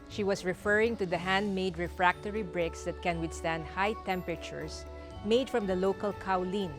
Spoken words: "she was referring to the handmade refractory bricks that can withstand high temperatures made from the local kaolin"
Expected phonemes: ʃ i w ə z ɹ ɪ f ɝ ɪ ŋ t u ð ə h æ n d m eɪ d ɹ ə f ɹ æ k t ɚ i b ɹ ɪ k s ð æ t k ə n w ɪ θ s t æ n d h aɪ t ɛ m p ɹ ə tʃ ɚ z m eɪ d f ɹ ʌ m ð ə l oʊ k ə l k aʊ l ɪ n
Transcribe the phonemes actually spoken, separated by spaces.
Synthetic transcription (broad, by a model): ʃ i w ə s ɹ ɪ f ɝ ɪ ŋ t u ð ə h æ n d m eɪ d ɹ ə f ɹ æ k t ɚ i b ɹ ɪ k s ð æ t k ə n w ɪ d s t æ n d h aɪ t ɛ m p ɹ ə tʃ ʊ s m eɪ d f ɹ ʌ m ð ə l oʊ k ə l k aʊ l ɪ n